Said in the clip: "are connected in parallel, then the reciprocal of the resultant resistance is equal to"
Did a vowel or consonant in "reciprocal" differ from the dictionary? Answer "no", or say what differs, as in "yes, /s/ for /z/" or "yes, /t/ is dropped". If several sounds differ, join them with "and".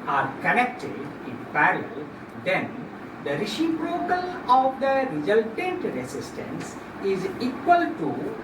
yes, /ʃ/ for /s/